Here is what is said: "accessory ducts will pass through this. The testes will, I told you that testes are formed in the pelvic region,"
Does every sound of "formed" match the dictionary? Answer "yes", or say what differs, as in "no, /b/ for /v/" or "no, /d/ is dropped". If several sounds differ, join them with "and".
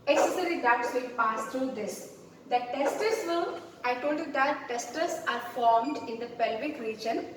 yes